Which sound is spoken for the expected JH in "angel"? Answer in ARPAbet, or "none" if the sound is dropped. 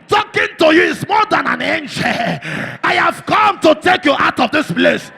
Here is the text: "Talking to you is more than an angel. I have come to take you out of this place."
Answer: SH